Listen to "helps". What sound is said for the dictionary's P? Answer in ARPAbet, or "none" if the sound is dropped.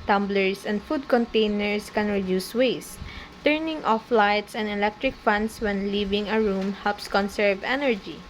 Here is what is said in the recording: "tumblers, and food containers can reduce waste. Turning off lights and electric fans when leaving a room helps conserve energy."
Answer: P